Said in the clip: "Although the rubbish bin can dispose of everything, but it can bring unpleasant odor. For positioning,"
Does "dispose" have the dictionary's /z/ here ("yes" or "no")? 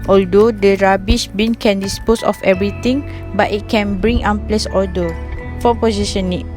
no